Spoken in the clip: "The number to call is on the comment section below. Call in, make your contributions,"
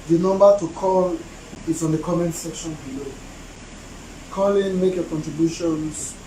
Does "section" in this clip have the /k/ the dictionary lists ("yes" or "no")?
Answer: yes